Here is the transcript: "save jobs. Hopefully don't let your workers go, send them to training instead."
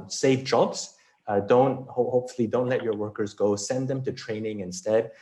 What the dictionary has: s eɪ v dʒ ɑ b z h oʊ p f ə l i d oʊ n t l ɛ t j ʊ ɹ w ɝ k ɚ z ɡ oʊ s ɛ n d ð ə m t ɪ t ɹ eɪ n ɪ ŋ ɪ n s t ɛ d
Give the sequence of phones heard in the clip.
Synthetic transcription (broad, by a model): s eɪ v dʒ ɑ b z h oʊ p f l i d oʊ n t l ɛ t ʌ ɹ w ɝ k ɚ z ɡ oʊ s ɛ n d ð ə m t ɪ t ɹ eɪ n ɪ ŋ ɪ n s t ɛ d